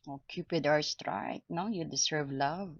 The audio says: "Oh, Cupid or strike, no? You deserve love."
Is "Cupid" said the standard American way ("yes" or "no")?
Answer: yes